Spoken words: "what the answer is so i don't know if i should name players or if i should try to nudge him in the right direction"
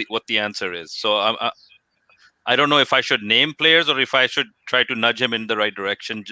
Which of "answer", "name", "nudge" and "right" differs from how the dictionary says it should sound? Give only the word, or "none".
none